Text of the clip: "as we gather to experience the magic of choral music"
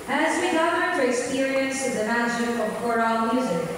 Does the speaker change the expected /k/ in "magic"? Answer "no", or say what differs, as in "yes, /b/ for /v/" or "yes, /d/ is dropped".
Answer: yes, /k/ is dropped